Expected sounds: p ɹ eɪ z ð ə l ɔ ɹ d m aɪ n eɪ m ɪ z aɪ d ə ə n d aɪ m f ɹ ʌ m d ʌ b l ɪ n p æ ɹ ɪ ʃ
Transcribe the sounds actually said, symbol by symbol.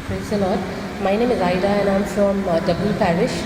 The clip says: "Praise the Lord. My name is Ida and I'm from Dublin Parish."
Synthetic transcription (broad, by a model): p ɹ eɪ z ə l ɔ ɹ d m aɪ n eɪ m ɪ z aɪ d ə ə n aɪ m f ɹ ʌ m d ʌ b ɪ l p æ ɹ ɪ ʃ